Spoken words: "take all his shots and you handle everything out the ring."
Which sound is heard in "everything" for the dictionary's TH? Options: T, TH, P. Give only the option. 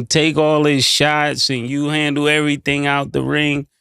TH